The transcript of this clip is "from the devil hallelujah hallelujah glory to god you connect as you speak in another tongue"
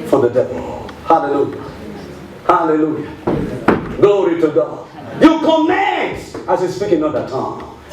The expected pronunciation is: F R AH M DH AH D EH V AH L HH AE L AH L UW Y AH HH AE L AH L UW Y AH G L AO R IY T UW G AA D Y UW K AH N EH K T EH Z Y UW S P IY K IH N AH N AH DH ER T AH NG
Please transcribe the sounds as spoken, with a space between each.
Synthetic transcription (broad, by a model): F R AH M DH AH D EH V AH L HH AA L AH L UW Y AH HH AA L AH L UW Y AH G L AO R IY T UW G AA D Y UW K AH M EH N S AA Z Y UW S P IY K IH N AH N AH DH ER T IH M